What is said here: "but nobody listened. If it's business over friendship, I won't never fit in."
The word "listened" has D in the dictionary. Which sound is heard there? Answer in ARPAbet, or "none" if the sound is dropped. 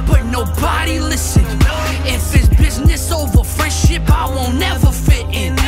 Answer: none